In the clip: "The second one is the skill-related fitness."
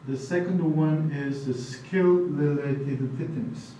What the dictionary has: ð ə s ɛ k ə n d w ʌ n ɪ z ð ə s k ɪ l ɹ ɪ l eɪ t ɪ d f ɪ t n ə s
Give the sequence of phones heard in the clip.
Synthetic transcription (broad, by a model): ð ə s ɛ k ə n d w ʌ n ɪ z ð ə s k ɪ l l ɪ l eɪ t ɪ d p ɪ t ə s